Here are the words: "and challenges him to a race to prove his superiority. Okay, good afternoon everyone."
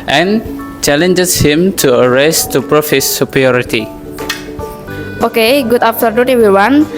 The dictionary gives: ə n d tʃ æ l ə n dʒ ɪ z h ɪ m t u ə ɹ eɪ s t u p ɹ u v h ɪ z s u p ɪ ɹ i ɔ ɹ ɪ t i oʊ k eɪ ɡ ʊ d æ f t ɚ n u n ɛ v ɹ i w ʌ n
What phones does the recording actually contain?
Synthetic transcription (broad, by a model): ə n tʃ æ l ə n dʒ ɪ s h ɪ m t u ə ɹ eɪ s t u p ɹ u f h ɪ s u p ɹ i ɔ ɹ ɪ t i oʊ k eɪ ɡ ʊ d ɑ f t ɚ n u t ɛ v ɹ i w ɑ n